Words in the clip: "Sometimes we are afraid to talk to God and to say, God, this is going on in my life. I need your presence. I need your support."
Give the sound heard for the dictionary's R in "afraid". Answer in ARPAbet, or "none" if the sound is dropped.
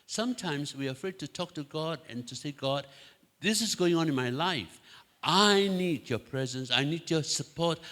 R